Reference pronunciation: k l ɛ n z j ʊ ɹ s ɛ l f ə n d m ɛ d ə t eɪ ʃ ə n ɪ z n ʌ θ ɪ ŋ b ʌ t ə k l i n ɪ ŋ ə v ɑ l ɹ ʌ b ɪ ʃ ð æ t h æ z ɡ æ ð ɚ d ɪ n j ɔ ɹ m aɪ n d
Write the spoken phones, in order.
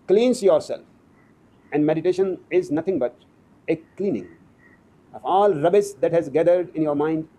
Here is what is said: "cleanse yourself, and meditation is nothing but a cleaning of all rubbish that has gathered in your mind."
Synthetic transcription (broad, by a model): k l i n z j ʊ ɹ s ɛ l f ə n d m ɛ d ə t eɪ ʃ ə n ɪ z n ʌ t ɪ ŋ b ʌ t ə k l i n ɪ ŋ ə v ɑ l ɹ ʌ b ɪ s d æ t h æ z ɡ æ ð ɚ d ɪ n j ɔ ɹ m aɪ n d